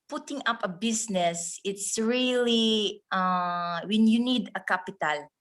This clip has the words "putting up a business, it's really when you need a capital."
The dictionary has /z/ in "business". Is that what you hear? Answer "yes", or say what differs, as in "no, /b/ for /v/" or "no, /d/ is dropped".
no, /s/ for /z/